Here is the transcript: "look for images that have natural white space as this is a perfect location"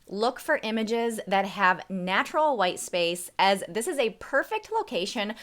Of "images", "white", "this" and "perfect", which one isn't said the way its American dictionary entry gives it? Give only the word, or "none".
none